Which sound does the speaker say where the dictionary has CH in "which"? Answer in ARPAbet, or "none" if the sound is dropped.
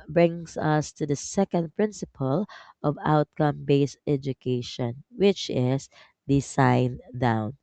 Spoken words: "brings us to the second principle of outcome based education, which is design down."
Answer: CH